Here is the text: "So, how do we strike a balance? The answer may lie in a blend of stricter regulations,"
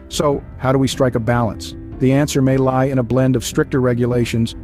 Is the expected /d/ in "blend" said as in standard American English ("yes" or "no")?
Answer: yes